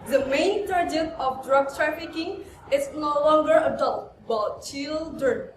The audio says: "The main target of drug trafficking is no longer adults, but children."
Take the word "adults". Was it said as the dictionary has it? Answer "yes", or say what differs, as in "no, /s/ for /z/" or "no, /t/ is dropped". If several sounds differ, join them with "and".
no, /s/ is dropped